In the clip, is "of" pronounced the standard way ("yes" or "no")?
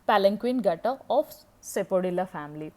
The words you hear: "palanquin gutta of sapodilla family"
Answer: no